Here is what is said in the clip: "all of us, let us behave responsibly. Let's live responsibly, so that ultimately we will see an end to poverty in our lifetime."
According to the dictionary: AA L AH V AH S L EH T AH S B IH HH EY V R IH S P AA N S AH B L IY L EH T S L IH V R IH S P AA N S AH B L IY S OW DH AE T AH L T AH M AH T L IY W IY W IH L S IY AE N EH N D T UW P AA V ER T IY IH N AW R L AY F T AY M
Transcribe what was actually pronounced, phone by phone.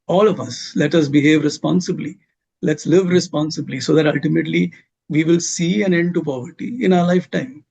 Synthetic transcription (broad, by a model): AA L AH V AH S L EH T AH S B IH HH EY V R IH S P AA N S AH B L IY L EH T S L IH V R IH S P AA N S AH B L IY S OW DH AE T AH L T AH M AH T L IY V IY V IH L S IY AE N EH N D T UW P AA V ER T IY IH N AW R L AY F T AY M